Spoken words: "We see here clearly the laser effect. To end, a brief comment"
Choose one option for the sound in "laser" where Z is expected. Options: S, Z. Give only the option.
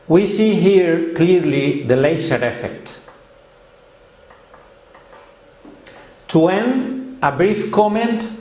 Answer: S